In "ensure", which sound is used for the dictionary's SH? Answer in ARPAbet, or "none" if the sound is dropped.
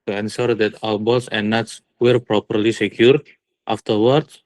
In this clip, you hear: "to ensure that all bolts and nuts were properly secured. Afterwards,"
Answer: S